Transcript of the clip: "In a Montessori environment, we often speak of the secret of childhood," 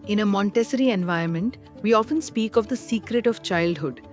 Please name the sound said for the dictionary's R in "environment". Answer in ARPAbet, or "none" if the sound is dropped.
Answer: none